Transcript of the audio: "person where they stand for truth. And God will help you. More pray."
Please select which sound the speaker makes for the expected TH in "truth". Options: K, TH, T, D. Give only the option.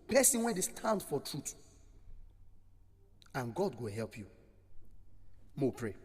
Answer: T